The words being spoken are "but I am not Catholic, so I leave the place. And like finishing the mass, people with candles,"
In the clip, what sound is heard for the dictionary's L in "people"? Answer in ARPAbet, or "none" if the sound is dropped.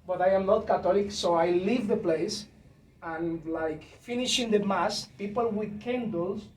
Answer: L